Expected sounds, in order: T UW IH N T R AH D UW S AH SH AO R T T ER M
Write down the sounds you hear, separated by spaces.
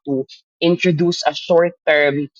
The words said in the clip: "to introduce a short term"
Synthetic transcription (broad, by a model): T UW IH N T R AH D UW S AH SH AO R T T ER M